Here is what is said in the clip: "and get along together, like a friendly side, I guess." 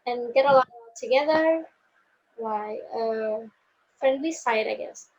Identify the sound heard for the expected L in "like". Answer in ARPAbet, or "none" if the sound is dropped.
W